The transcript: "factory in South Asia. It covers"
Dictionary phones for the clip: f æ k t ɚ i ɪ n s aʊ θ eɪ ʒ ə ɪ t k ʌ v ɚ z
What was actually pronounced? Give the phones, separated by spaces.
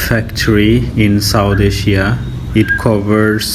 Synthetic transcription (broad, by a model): f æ k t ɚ i ɪ n s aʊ t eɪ ʃ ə ɪ t k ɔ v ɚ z